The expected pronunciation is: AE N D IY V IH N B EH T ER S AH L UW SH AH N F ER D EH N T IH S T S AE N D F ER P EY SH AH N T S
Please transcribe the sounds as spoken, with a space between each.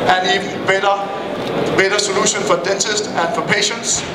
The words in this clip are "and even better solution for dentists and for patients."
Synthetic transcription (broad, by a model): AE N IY B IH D B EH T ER S AH L UW SH AH N F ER D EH N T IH S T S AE N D F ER P EY SH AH N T S